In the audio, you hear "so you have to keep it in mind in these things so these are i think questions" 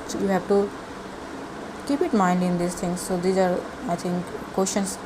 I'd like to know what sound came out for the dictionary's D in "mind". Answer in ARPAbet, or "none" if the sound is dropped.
D